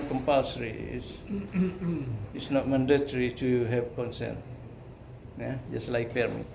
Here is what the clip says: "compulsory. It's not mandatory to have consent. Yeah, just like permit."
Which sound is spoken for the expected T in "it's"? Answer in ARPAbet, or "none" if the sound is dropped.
S